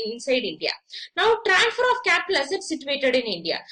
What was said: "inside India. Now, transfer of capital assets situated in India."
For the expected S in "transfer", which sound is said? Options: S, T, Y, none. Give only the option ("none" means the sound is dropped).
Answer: none